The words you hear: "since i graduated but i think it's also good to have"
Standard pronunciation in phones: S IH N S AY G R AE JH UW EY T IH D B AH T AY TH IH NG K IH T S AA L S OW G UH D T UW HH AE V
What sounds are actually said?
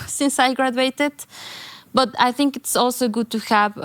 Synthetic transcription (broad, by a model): S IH N S AY G R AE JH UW EY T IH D B AH T AY TH IH NG K IH T S AA L S OW G UH D T UW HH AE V